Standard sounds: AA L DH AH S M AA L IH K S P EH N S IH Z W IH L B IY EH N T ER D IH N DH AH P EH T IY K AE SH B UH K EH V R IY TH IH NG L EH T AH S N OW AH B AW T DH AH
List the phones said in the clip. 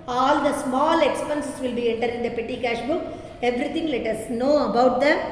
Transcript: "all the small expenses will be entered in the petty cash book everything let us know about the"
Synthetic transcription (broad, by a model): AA L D AH S M AA L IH K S P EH N S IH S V IH L B IY EH N T ER D IH N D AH P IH T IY K AE SH B UH K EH V R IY T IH NG L EH T AH S N OW AH B AW T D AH